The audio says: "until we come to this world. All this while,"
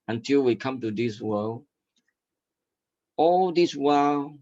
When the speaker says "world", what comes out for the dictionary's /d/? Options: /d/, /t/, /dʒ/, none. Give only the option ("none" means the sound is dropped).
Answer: none